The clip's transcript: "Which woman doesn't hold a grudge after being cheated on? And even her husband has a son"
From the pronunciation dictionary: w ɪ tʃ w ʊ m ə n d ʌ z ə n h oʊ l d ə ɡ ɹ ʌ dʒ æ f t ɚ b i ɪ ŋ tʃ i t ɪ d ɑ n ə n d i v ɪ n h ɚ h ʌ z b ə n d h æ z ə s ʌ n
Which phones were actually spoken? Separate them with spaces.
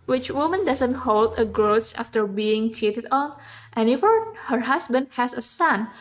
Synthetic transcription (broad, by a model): w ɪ tʃ w ʊ m ə n d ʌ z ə n h oʊ l d ə ɡ ɹ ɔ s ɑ f t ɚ b i ɪ ŋ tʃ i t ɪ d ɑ n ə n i f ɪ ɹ h ɚ h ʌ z b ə n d h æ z ə s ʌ n